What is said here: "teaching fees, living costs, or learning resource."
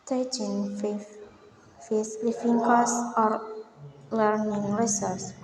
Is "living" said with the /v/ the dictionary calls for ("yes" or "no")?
no